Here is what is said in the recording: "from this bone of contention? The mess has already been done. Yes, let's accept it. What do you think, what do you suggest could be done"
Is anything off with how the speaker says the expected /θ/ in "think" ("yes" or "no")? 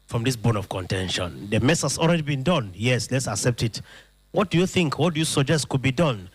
no